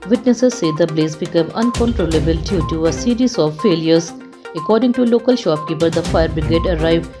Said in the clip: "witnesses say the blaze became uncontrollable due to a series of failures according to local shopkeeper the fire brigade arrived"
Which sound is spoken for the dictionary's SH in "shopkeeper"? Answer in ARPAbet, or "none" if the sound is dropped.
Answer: SH